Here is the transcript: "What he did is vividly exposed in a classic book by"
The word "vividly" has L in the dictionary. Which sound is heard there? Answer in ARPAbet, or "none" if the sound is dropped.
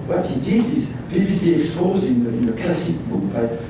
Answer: none